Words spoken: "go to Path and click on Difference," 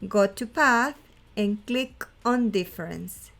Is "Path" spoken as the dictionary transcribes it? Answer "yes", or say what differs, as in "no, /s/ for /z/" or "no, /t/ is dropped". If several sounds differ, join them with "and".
yes